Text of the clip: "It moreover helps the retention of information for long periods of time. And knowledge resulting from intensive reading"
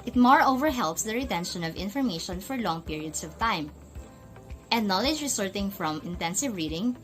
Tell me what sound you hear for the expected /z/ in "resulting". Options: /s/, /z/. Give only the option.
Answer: /s/